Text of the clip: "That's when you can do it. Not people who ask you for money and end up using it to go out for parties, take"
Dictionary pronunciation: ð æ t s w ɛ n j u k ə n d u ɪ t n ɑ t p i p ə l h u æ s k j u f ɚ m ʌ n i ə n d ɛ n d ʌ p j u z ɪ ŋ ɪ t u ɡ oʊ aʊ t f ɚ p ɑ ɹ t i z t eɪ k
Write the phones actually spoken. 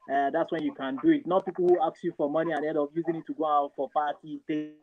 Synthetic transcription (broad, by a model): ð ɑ t s w ɛ n j u k ə n d u ɪ t n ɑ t p i p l h u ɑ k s j u f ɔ m ʌ n i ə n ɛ d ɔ f j u z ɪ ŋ ɪ t u ɡ oʊ aʊ t f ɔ p ɑ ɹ t i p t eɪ